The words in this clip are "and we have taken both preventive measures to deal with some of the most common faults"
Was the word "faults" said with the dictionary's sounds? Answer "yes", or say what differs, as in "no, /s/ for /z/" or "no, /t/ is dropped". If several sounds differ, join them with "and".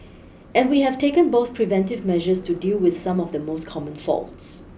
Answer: yes